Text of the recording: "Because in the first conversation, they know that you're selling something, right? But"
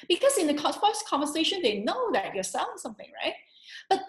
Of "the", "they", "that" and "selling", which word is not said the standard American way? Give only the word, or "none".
selling